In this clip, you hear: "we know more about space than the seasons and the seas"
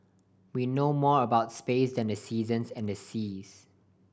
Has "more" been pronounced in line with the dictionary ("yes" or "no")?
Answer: yes